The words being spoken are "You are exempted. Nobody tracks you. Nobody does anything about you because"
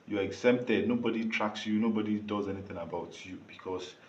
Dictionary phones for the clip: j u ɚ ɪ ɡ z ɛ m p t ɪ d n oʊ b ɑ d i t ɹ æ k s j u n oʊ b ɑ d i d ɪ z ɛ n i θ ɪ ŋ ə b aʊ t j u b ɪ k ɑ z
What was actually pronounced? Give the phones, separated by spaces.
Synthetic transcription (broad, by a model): j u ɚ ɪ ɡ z ɛ m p t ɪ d n oʊ b ɑ d i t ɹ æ k s j u n oʊ b ɑ d i d ɪ z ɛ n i t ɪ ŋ ə b aʊ t j u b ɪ k ɑ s